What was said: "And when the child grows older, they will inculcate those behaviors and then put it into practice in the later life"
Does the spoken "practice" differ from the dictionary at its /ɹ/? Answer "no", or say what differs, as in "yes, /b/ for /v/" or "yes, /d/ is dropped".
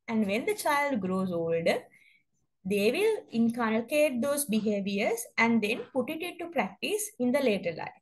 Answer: no